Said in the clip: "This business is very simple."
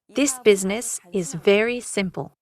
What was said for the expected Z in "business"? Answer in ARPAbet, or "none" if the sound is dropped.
Z